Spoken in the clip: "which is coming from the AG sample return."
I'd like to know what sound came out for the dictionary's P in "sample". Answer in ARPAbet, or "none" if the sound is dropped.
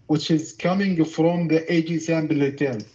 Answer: B